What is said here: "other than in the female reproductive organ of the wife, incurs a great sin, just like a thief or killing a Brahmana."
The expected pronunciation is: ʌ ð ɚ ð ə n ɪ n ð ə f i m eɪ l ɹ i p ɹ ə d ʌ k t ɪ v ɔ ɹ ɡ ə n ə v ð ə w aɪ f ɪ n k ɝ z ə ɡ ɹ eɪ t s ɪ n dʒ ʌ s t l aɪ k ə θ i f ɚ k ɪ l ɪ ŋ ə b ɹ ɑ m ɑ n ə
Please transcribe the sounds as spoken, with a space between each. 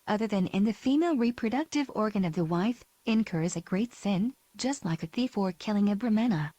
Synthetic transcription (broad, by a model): ʌ ð ɚ ð ə n ɪ n ð ə f i m eɪ l ɹ i p ɹ ə d ʌ k t ɪ v ɔ ɹ ɡ ə n ə v ð ə w aɪ f ɪ n k ɝ z ə ɡ ɹ eɪ t s ɪ n dʒ ʌ s t l aɪ k ə θ i f ɚ k ɪ l ɪ ŋ ə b ɹ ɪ m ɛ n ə